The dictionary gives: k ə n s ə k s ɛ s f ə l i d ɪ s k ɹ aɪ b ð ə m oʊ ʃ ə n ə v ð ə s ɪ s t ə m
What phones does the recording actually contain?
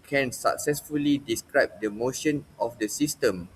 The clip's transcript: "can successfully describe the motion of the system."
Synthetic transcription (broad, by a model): k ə n s ə k s ɛ s f ə l i d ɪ s k ɹ aɪ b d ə m oʊ ʃ ə n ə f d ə s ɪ s t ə m